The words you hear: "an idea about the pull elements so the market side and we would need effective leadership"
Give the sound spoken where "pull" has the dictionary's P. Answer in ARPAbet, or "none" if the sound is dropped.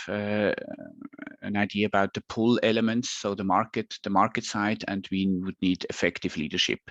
P